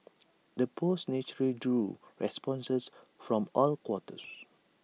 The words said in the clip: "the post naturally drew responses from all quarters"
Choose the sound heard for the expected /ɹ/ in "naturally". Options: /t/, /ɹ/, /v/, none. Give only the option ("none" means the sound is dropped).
none